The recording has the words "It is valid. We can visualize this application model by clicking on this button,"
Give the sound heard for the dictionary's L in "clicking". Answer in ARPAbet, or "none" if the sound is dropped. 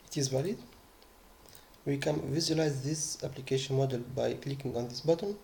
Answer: L